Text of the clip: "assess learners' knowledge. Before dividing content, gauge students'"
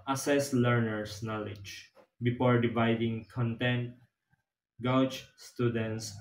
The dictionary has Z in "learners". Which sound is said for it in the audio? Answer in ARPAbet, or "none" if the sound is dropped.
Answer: S